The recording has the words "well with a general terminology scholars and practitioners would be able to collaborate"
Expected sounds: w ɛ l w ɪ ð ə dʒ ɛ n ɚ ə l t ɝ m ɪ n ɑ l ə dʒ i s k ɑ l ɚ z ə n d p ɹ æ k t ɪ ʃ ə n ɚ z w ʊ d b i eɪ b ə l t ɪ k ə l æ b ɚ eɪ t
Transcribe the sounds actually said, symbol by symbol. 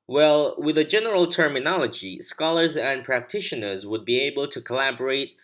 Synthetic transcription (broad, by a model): w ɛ l w ɪ ð ə dʒ ɛ n ɚ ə l t ɝ m ɪ n ɑ l ə dʒ i s k ɑ l ɚ z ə n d p ɹ æ k t ɪ ʃ ə n ɚ z w ʊ d b i eɪ b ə l t ɪ k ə l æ b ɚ eɪ t